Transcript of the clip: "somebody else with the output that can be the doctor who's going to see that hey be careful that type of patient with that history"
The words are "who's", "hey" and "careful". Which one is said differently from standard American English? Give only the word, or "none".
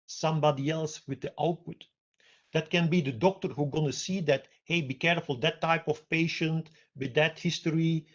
who's